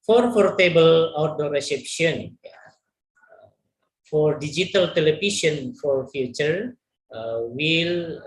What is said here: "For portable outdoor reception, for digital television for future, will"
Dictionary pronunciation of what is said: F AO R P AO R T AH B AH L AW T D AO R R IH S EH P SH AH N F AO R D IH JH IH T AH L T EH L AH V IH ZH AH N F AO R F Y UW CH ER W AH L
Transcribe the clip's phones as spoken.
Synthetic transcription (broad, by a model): F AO R F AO R T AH B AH L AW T D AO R R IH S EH P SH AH N F AO R D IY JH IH T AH L T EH L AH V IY SH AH N F AO R F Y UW CH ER W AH L